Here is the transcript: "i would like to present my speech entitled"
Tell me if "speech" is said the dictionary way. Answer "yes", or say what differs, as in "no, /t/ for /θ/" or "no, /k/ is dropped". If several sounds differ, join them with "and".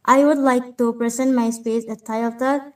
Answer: no, /s/ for /tʃ/